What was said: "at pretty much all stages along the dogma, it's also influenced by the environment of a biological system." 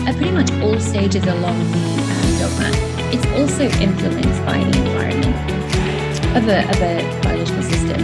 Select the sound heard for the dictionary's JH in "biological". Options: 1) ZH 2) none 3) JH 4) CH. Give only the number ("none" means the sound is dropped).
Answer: 2